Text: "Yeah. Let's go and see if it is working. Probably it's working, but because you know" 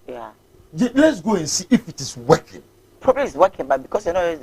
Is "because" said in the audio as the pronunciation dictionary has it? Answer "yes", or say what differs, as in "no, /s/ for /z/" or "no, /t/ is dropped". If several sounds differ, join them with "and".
no, /s/ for /z/